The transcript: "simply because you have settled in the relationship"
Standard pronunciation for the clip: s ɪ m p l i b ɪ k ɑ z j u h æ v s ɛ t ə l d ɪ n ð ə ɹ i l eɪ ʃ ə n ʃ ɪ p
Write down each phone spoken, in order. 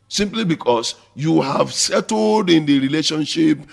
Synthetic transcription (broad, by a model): s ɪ m p l i b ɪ k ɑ s j u h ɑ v s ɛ t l d ɪ n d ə ɹ i l eɪ ʃ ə n ʃ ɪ p